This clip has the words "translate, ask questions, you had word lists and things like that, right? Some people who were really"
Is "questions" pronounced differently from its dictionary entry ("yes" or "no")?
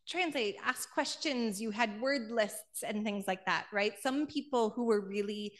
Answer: no